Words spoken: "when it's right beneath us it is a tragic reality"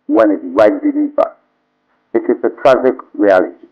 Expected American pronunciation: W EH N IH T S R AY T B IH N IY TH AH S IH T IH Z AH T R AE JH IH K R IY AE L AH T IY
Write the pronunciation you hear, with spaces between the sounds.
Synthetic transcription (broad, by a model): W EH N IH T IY R AY T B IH L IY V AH IH T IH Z AH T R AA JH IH K R IY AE L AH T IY